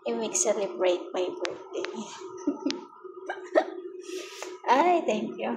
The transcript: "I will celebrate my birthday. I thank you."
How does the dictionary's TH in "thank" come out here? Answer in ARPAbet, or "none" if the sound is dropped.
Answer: T